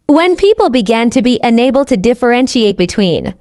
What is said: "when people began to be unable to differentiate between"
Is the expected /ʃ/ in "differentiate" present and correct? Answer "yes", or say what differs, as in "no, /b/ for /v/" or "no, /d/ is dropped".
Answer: yes